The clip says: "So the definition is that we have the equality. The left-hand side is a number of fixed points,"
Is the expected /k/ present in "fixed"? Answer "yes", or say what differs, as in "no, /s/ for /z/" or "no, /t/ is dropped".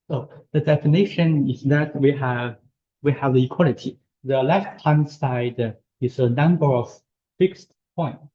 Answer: yes